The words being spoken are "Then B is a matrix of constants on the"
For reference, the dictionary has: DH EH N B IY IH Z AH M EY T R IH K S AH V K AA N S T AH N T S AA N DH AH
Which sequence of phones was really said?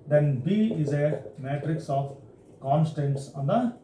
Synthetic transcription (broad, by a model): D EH N B IY IH Z AH M EY T R IH K S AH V K AA N S T AH N T S AA N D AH